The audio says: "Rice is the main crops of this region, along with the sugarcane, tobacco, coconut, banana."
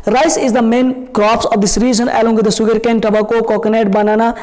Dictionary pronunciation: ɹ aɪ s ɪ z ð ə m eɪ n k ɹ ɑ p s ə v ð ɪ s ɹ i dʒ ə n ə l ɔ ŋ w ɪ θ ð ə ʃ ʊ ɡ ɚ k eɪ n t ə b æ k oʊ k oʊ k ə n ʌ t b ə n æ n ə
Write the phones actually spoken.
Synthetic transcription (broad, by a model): ɹ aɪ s ɪ z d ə m eɪ n k ɹ ɑ p s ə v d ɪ s ɹ i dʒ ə n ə l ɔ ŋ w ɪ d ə s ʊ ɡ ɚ k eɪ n t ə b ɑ k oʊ k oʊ k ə n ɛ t b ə n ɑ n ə